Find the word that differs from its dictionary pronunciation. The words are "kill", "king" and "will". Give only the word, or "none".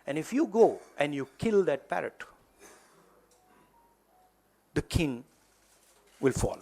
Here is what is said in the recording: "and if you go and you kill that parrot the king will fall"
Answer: none